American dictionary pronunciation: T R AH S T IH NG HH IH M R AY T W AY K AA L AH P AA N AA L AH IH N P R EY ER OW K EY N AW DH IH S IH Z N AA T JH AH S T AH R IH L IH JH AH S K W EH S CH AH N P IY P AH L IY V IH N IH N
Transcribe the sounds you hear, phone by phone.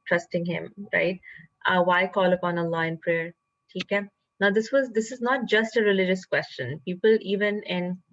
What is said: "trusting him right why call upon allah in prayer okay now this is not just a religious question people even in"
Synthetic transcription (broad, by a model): T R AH S T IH NG HH IH M R AY T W AY K AA L AH P AA N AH L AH IH N P R EY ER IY K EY N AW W IH S IH Z N AA T JH AH S T AH R IH L IH JH AH S K W EH S CH AH N P IY P AH L IY V IH N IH N